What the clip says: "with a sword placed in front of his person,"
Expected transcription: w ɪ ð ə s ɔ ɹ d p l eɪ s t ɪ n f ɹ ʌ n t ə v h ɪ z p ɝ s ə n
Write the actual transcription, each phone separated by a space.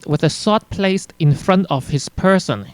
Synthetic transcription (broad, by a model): w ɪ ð ə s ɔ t p l eɪ s t ɪ n f ɹ ʌ n t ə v h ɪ s p ɝ s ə n